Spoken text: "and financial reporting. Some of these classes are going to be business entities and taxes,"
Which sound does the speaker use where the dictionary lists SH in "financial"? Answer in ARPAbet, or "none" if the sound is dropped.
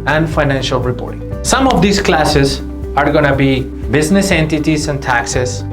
SH